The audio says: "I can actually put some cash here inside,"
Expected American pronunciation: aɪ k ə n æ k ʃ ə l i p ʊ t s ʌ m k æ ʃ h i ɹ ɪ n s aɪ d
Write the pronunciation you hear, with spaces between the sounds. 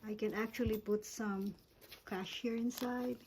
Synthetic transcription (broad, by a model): aɪ k ə n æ k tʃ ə l i p ʊ t s ʌ m k æ ʃ h i ɹ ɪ n s aɪ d